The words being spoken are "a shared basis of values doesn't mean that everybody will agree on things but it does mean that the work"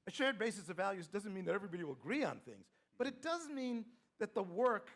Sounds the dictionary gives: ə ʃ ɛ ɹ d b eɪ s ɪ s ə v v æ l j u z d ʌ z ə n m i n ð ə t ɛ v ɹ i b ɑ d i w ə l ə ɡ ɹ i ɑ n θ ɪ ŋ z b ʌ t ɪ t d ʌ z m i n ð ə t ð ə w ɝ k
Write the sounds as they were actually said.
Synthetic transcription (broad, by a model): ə ʃ ɛ ɹ d b eɪ s ɪ s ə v v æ l j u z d ʌ z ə n m i n ð ə t ɛ v ɹ i b ɑ d i w ə l ə ɡ ɹ i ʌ n θ ɪ ŋ z b ʌ t ɪ t d ʌ z m i n ð ə t ð ə w ɝ k